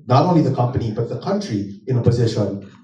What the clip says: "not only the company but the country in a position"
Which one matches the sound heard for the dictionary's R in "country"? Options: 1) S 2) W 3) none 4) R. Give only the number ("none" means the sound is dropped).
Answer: 4